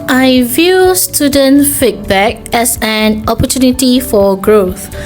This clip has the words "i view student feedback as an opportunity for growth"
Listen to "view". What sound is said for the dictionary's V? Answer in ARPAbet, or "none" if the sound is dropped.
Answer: V